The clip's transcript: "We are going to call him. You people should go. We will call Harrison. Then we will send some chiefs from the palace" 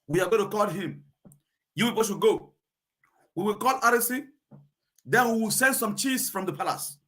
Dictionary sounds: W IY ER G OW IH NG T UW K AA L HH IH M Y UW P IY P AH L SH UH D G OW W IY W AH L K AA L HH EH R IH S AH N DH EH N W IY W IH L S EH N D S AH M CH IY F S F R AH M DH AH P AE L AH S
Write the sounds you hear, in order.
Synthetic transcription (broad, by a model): W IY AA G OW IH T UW K AA L HH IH M Y UW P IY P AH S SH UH G OW W IY W AH L K AA L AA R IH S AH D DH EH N W IY W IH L S EH N D S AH M CH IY S F R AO M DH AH P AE L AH S